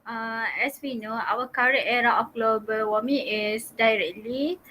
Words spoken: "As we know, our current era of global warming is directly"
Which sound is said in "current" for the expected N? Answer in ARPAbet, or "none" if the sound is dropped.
none